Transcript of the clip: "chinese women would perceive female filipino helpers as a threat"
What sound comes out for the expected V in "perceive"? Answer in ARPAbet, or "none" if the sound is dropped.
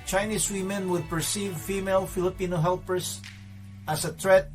V